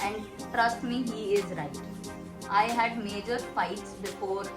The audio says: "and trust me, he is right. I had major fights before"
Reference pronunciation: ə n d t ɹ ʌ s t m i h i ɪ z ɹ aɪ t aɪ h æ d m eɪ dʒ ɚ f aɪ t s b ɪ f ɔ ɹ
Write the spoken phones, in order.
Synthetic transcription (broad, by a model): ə n d t ɹ ʌ s t m i h i ɪ z ɹ aɪ t aɪ h æ d m eɪ dʒ ɚ f aɪ t s b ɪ f ɔ ɹ